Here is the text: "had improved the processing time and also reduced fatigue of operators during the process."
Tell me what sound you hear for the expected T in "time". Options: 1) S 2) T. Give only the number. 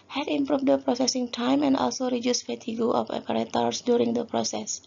2